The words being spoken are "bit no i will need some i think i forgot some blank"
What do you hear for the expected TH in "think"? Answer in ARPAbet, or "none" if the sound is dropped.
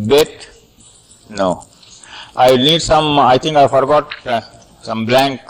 T